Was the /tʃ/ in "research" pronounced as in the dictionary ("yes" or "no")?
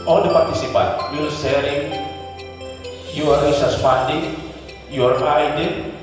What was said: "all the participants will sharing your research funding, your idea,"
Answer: no